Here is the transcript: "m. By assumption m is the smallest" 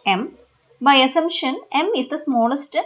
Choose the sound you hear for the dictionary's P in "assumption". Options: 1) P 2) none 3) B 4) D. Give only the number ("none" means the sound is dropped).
2